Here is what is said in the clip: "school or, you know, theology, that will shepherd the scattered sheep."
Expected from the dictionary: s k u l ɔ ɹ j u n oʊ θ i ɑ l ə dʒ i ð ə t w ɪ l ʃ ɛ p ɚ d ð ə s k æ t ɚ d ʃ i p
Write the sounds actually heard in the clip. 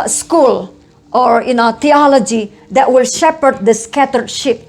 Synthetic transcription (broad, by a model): s k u l ɔ ɹ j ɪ n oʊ t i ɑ l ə dʒ i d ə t w ɪ l ʃ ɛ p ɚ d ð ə s k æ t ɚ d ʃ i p